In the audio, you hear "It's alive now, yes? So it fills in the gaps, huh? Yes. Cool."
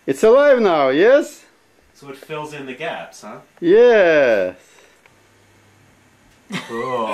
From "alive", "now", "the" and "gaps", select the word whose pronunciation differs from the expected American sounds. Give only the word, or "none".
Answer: none